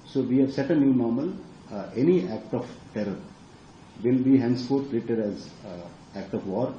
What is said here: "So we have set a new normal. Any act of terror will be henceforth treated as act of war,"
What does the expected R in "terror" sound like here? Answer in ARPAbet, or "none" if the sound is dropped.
R